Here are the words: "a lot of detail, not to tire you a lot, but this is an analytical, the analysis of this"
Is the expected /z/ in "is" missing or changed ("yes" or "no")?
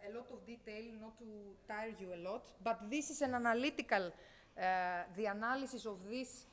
yes